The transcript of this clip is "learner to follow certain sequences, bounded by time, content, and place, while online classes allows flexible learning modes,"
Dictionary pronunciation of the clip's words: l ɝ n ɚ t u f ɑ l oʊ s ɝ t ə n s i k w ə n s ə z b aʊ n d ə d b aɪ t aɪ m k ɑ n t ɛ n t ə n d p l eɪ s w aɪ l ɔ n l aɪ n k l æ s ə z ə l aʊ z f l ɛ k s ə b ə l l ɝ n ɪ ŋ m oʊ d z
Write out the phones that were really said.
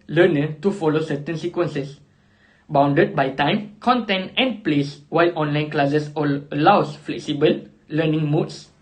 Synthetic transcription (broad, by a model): l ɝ n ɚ t u f ɑ l oʊ s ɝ t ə n s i k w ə n s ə s b aʊ n d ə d b aɪ t aɪ m k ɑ n t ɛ n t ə n p l eɪ s w aɪ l ɔ n l aɪ n k l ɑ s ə s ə l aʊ s f l ɛ k s ə b ə l l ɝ n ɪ ŋ m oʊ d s